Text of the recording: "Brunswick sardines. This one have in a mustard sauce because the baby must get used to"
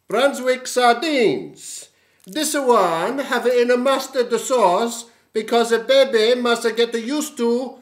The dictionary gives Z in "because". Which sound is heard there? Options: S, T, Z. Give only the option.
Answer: Z